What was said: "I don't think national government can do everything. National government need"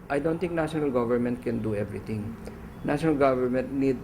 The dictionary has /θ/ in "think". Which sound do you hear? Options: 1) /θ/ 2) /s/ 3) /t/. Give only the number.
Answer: 3